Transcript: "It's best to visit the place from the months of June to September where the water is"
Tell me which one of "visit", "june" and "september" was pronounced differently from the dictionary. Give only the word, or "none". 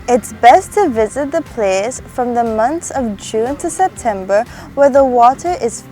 none